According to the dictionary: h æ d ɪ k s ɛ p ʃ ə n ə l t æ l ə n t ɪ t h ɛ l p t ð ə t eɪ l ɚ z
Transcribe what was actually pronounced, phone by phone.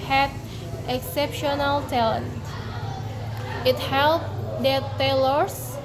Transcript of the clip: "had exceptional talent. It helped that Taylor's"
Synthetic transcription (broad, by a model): h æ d ɪ k s ɛ p ʃ ə n ə l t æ l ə n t ɪ t h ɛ l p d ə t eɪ l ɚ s